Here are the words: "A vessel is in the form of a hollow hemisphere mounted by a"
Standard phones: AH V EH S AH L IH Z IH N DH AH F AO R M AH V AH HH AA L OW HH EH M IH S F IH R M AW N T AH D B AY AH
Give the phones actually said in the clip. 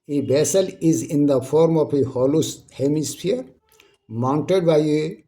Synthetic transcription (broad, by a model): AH B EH S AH L IH Z IH N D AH F AO R M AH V AH HH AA L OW HH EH M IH S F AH R M AW N T AH D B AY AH